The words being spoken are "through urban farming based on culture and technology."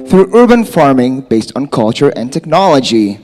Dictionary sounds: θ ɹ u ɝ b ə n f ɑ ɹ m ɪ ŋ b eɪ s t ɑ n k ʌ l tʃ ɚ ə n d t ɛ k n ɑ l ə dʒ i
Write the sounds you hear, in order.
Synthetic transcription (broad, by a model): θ ɹ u ɝ b ə n f ɑ ɹ m ɪ ŋ b eɪ s t n k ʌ l tʃ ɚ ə n t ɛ k n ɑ l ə dʒ i